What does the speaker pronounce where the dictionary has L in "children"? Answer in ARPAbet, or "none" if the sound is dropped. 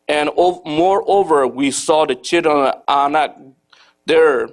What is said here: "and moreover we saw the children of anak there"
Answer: none